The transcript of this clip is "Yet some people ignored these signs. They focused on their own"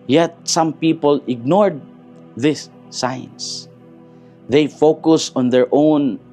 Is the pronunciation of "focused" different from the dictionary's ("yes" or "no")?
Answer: yes